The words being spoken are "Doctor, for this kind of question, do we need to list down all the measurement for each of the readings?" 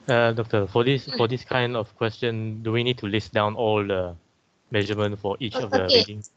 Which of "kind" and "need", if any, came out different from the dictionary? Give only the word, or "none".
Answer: none